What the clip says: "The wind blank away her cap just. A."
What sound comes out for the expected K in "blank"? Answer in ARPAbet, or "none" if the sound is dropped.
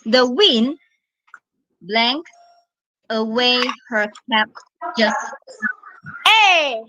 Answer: K